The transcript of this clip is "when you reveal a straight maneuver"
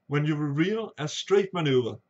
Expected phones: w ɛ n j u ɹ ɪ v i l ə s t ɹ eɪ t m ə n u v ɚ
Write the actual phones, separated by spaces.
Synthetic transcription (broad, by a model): w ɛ n j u w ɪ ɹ i l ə s t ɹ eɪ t m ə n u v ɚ